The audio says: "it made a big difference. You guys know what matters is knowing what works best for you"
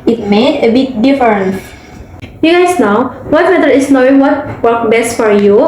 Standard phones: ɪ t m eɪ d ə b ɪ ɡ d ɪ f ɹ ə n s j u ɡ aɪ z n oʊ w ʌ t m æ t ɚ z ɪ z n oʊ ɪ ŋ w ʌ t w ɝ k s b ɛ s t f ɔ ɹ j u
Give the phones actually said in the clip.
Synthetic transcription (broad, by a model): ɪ t m eɪ d ə b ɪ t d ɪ f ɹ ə n j u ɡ aɪ s n oʊ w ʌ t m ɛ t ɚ ɪ s n oʊ ɪ ŋ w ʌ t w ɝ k b ɛ s t f ɔ ɹ j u